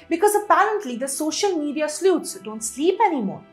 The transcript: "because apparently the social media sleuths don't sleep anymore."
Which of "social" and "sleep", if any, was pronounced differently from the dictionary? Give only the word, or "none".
none